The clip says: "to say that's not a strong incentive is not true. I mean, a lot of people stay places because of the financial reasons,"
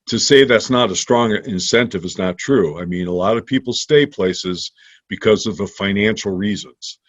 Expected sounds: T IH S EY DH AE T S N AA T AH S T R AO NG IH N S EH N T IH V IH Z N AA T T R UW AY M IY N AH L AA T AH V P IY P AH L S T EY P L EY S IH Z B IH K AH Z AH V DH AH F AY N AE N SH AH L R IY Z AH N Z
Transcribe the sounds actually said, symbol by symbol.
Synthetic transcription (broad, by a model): T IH S EY DH AE T S N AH T AH S T R AO NG IH N S EH N T IH V IH Z N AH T T R UW AY M IY N AH L AA T AH V P IY P L S T EY P L EY S IH Z B IH K AH Z AH V DH AH F AY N AE N SH L R IY Z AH N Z